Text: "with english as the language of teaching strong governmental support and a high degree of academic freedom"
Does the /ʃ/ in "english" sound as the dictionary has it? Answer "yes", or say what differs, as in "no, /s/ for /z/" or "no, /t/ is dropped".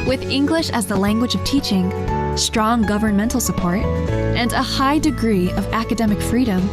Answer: yes